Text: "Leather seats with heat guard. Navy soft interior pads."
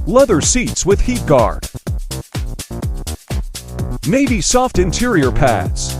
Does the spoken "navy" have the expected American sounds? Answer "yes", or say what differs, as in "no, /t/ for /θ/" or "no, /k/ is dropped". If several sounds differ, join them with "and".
no, /b/ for /v/